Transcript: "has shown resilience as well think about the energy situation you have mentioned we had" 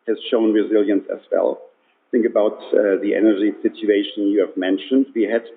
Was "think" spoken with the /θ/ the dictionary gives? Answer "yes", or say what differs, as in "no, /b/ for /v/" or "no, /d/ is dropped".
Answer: yes